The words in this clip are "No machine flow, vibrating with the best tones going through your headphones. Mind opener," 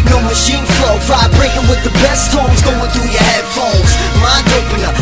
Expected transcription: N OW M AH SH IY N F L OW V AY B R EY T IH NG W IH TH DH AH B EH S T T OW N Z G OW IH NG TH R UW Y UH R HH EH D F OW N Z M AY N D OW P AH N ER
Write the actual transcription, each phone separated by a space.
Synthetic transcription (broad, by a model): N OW M AH SH IY N F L OW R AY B R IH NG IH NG W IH DH AH B EH S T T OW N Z G OW IH NG TH R UW Y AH R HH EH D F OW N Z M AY D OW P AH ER